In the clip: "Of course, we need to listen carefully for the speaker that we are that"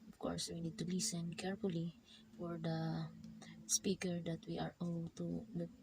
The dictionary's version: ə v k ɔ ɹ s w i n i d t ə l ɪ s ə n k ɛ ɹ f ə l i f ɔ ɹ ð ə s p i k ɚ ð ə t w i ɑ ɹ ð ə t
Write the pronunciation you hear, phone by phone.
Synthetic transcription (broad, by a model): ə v k ɔ ɹ s w i n i d t ə l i s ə n k ɛ ɹ f ə l i f ɔ ɹ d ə s p i k ɚ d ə t w i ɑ ɹ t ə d